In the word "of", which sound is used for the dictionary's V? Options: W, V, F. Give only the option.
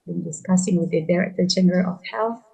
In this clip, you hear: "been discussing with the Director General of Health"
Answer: F